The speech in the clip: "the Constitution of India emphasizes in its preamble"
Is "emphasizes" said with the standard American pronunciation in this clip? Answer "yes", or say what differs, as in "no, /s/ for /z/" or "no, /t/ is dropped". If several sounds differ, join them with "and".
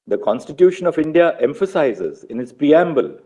yes